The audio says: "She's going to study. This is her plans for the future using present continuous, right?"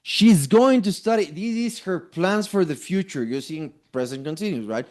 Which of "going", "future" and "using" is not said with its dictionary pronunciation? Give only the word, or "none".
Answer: using